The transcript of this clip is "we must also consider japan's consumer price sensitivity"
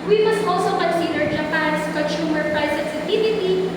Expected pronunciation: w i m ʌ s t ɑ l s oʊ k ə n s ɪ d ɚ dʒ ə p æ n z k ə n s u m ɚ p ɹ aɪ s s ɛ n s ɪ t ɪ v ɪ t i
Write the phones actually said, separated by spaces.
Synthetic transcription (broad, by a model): w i m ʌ s t ɑ l s oʊ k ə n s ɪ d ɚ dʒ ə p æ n s k ə n s u m ɚ p ɹ aɪ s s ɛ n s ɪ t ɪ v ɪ t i